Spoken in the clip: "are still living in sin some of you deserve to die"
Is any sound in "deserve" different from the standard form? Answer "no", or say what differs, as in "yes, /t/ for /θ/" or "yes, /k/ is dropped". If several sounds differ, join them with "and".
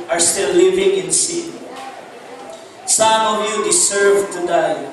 yes, /s/ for /z/